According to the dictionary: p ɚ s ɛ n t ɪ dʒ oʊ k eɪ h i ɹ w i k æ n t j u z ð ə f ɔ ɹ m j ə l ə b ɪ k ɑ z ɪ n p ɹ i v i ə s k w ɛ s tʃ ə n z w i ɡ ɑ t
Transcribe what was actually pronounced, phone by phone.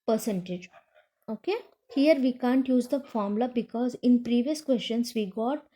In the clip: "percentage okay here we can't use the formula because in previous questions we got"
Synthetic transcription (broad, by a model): p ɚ s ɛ n t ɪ dʒ oʊ k eɪ h i ɹ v i k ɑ n t j u z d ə f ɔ ɹ m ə l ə b ɪ k ɑ z ɪ n p ɹ i v i ə s k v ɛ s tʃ ə n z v i ɡ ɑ t